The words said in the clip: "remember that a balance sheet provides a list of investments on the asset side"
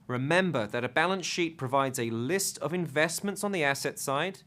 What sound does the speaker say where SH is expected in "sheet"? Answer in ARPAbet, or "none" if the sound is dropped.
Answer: SH